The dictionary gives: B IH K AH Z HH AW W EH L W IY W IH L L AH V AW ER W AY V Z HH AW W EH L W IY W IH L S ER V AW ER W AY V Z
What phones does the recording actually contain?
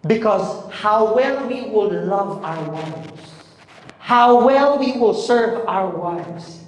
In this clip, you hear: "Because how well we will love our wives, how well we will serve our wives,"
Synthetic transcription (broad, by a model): B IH K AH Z HH AW W EH L W IY W IH L L AH V AW ER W AY V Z HH AW W EH L W IY W IH L S ER V AW ER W AY V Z